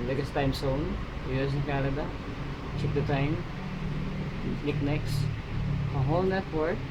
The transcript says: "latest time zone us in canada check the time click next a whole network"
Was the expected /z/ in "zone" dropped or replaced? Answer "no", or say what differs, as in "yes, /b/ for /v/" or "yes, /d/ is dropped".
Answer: yes, /s/ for /z/